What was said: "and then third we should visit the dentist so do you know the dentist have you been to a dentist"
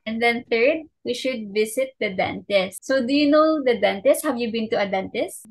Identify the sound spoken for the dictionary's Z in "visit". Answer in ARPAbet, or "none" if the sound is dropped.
S